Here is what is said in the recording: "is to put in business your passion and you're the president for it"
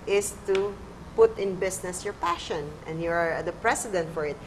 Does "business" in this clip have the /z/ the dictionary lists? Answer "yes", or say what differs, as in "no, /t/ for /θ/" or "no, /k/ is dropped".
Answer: no, /s/ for /z/